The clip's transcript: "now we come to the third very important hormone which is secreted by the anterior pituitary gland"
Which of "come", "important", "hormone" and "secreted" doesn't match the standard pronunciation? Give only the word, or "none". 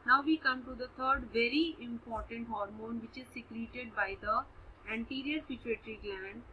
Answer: none